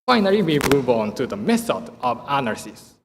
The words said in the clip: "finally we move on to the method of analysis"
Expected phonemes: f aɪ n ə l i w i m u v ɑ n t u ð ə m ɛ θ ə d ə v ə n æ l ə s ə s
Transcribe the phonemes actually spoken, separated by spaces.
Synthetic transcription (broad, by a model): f aɪ n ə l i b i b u b ɑ n t u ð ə m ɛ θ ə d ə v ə n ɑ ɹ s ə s